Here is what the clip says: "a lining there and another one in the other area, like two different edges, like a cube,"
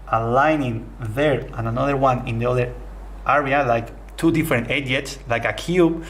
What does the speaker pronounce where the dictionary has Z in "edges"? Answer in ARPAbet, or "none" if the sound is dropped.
S